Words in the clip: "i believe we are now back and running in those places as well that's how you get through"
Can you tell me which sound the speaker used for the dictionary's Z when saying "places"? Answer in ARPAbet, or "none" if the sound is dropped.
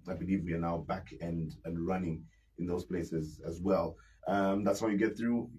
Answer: Z